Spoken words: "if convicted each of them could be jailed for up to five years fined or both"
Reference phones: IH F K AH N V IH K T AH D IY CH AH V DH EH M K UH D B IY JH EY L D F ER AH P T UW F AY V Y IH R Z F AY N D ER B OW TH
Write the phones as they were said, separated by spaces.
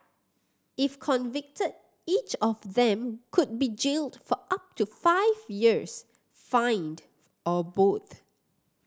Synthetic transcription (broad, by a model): IH F K AH N V IH K T AH D IY CH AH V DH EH M K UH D B IY JH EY L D F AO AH P T UW F AY V Y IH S F AY N D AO B OW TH